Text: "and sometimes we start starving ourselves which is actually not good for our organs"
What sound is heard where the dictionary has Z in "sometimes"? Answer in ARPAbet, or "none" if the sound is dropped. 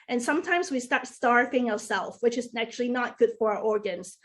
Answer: Z